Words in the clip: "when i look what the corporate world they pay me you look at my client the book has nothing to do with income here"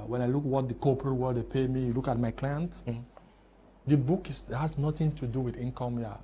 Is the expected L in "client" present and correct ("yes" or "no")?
yes